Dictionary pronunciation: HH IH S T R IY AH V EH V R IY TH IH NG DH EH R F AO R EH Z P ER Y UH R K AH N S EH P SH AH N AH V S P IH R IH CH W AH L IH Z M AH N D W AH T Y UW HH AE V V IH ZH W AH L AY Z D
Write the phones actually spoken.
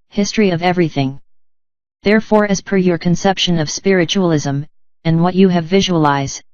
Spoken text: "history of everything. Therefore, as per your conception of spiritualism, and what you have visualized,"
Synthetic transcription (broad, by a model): HH IH S T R IY AH V EH V R IY TH IH NG DH EH R F AO R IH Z P ER Y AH R K AH N S EH P SH AH N AH V S P IH R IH CH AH L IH Z M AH N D W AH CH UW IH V V IH ZH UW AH L AY Z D